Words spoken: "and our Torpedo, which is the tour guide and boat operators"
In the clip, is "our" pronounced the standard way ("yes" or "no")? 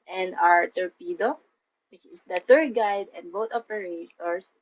yes